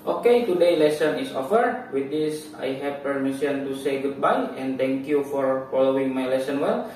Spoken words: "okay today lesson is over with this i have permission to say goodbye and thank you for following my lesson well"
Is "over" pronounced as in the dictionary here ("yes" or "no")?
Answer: no